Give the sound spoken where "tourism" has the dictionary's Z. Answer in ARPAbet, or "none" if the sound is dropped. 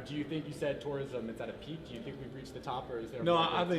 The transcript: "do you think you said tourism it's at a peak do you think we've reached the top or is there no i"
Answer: Z